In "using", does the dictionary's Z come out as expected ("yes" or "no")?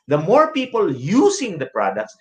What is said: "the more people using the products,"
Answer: no